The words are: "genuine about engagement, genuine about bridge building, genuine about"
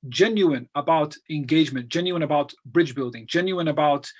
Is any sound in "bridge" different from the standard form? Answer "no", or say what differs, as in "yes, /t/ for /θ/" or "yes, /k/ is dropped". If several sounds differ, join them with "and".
no